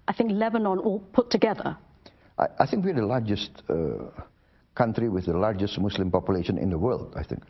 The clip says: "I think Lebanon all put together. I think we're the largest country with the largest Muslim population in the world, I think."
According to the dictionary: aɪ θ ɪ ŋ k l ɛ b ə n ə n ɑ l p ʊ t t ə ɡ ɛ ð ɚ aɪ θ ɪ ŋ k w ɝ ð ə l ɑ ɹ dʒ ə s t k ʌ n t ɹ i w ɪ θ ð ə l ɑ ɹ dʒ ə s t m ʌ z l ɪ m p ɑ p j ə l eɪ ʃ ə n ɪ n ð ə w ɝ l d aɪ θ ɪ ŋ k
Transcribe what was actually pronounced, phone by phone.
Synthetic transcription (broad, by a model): aɪ θ ɪ ŋ k l ɛ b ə n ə n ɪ l p ʊ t t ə ɡ ɛ ð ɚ aɪ θ ɪ ŋ k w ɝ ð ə l ɑ ɹ dʒ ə s t k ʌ n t ɹ i w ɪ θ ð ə l ɑ ɹ dʒ ə s t m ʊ s l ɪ m p ɑ p j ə l eɪ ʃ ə n ɪ n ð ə w ɝ l d aɪ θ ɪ ŋ k